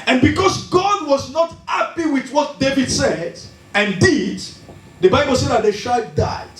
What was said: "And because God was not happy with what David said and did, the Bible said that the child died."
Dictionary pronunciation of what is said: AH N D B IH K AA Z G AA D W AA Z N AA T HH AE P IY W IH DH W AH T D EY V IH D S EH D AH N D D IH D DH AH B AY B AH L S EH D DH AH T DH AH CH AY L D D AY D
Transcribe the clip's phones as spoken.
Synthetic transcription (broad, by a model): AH N B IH K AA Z G AA D W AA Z N AA T HH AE P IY W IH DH W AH T D EY V IH D S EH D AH N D D IH D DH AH B AY B AH L S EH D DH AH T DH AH SH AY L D D AY